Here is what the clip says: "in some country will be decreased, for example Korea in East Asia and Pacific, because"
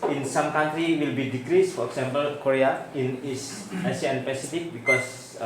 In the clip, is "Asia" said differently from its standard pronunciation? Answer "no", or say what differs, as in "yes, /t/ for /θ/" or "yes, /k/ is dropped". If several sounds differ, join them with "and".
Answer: yes, /s/ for /ʒ/